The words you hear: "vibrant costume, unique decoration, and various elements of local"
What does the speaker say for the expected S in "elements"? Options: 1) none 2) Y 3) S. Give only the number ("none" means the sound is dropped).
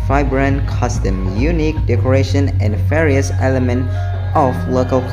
1